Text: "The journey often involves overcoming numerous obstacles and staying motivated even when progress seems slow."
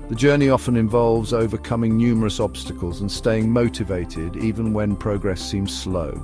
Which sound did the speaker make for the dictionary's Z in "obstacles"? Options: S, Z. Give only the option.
Z